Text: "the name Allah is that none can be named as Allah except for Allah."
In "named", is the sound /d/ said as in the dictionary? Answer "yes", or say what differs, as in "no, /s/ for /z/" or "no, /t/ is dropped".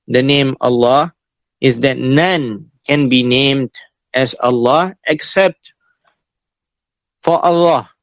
yes